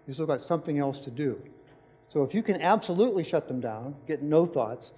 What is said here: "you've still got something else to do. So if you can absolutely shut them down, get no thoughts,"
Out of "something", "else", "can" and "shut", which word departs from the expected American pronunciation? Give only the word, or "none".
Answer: none